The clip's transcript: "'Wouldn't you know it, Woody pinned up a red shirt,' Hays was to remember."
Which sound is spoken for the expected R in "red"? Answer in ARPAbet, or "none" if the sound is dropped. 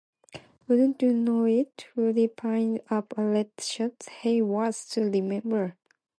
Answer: L